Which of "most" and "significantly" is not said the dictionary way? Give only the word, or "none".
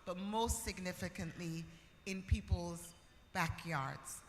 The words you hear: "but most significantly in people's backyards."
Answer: none